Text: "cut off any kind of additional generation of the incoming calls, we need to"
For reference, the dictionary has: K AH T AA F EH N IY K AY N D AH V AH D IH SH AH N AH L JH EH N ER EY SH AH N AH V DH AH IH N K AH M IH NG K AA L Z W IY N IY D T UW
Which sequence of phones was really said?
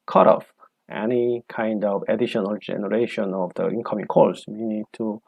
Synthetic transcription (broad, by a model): K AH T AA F EH N IY K AY N D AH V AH D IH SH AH N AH L JH EH N ER EY SH AH N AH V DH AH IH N K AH M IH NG K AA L S W IY N IY D T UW